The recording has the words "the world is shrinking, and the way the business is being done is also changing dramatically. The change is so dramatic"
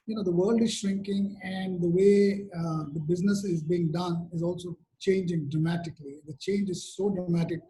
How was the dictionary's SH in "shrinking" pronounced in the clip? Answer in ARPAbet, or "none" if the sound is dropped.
SH